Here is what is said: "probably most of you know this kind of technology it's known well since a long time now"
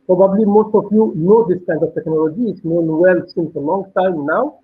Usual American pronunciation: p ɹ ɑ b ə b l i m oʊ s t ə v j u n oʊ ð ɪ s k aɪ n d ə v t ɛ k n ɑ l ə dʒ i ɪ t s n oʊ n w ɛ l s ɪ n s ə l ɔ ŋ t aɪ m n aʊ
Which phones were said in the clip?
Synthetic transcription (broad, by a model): p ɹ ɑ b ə b l i m oʊ s t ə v j u n oʊ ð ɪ s k aɪ n d ə v t ɛ k n ɑ l ə dʒ i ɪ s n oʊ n w ɛ l s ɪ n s ə l ɔ ŋ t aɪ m n aʊ